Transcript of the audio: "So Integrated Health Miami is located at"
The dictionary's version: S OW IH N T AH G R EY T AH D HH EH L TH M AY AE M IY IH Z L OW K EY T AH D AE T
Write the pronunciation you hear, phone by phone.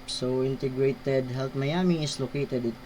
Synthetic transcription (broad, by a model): S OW IH N T AH G R EY T AH D HH EH L T M AY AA M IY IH S L OW K EY T AH D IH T